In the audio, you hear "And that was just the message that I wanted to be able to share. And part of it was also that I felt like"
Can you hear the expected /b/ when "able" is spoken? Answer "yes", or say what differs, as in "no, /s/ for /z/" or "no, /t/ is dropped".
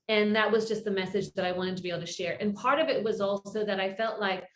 no, /b/ is dropped